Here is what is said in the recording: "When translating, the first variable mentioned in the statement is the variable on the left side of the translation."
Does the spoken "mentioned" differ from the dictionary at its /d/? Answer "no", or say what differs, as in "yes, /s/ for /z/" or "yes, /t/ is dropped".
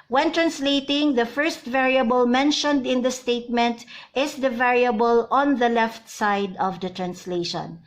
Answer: no